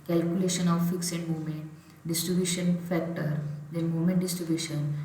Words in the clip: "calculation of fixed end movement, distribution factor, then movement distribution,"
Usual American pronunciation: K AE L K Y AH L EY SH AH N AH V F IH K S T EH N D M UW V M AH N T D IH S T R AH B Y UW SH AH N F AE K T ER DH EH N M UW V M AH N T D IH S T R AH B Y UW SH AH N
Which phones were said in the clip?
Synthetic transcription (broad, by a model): K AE L K Y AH L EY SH AH N AH V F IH K S EH N D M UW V M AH N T D IH S T R AH B Y UW SH AH N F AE K T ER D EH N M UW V M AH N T D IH S T R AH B Y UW SH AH N